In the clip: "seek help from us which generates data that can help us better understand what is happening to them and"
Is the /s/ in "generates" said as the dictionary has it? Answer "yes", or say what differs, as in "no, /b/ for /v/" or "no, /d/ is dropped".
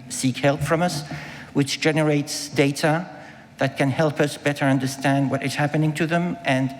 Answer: yes